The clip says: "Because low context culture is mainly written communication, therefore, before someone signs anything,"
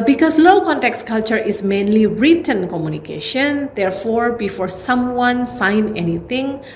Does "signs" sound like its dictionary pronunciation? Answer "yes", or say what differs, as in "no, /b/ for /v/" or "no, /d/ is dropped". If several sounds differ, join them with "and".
no, /z/ is dropped